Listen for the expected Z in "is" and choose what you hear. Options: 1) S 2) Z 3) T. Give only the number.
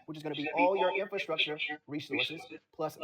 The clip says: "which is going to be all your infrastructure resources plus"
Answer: 2